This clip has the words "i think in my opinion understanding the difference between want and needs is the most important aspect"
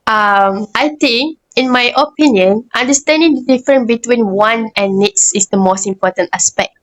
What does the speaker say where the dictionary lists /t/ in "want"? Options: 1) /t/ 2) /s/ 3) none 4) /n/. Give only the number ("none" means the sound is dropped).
3